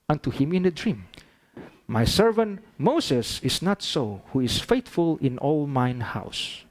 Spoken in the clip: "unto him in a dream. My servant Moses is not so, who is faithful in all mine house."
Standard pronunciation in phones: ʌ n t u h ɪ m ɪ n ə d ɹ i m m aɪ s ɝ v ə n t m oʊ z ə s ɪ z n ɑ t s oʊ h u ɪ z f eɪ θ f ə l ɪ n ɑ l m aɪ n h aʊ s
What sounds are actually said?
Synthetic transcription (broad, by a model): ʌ n t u h ɪ m ɪ n ə d ɹ i m m aɪ s ɝ v ə n t m oʊ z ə s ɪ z n ɑ t s oʊ h u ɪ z f eɪ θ f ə l ɪ n ɑ l m aɪ n h aʊ s